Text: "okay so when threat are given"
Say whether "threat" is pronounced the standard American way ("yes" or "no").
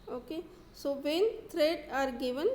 no